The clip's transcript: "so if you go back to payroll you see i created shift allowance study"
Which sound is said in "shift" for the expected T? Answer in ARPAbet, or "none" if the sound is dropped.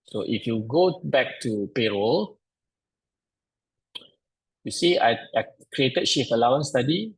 none